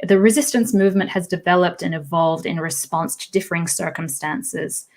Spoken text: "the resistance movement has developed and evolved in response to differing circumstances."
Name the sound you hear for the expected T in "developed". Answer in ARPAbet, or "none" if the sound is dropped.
T